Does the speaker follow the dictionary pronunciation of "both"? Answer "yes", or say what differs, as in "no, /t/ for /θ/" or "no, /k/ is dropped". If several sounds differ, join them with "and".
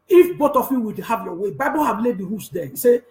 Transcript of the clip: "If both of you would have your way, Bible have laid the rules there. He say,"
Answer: no, /t/ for /θ/